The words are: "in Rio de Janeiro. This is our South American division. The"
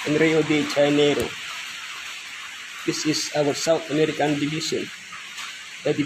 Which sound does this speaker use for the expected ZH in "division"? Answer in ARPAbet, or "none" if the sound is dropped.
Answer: SH